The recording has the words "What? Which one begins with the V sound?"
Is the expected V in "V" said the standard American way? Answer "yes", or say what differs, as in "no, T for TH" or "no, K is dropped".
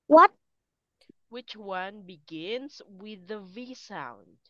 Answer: yes